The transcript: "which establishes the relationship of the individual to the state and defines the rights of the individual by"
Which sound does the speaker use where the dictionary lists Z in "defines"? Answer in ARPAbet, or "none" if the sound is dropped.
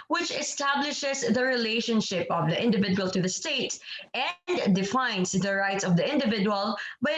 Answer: S